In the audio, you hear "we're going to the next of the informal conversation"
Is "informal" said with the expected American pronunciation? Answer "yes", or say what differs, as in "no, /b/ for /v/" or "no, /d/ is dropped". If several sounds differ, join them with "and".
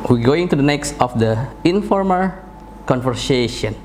yes